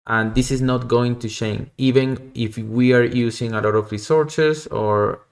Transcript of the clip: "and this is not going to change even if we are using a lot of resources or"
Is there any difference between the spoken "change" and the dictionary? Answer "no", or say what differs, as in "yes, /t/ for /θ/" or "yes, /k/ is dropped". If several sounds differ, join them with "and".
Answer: yes, /ʃ/ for /tʃ/